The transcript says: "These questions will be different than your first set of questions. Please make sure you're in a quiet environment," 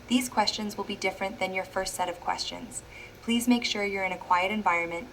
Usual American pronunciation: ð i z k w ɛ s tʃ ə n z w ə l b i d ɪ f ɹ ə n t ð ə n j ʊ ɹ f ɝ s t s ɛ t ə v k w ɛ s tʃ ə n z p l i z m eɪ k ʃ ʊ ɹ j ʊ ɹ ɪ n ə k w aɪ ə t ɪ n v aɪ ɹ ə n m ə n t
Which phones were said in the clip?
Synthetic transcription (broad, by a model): ð i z k w ɛ s tʃ ə n z w ə l b i d ɪ f ɹ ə n ð ə n j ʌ ɹ f ɝ s t s ɛ t ə v k w ɛ s tʃ ə n z p l i z m eɪ k ʃ ʊ ɹ j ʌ ɹ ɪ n ə k w aɪ ə t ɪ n v aɪ ɹ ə n m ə n t